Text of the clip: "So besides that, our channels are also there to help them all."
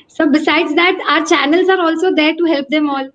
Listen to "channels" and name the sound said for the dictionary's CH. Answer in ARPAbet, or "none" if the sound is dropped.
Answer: CH